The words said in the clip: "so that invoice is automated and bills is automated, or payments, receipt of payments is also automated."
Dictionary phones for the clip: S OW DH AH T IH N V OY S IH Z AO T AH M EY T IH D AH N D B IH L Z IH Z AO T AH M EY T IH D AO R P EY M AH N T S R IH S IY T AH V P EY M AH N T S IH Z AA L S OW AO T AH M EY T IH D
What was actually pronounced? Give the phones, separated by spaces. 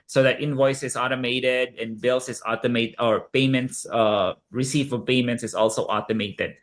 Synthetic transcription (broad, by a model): S OW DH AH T IH N V OY S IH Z AO T AH M EY T IH D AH N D B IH L S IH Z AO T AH M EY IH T AO R P EY M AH N T S R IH S IY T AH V P EY M AH N T S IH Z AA L S OW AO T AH M EY T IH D